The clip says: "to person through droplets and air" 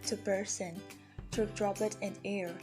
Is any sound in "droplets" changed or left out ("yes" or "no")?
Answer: yes